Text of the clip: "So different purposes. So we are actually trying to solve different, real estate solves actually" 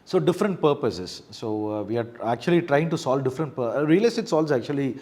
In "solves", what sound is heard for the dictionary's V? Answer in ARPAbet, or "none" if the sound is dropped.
none